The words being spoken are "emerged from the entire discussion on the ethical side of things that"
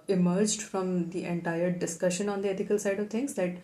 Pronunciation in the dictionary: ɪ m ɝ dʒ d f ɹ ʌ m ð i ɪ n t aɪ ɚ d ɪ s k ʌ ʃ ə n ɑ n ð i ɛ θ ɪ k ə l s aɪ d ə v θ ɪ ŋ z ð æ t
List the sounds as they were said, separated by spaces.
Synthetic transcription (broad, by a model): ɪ m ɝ dʒ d f ɹ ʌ m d i ɪ n t aɪ ɚ d ɪ s k ʌ ʃ ə n ɑ n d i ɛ t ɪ k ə l s aɪ d ə v t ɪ ŋ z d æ t